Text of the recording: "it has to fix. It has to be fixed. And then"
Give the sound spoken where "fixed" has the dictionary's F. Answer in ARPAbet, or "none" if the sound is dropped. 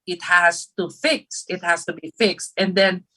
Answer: F